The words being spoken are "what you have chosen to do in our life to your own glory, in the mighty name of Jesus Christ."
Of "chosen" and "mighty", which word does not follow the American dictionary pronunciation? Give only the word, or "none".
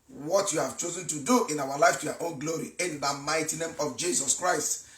none